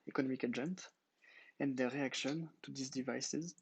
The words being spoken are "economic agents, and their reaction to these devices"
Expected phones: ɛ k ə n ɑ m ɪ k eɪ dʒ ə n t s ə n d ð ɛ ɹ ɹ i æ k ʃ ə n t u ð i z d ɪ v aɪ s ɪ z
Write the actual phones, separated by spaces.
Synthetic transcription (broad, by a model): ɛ k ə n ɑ m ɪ k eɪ dʒ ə n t ə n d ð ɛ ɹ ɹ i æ k ʃ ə n t u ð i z d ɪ v aɪ s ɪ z